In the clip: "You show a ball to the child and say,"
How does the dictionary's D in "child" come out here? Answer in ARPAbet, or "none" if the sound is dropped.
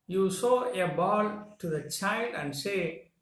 D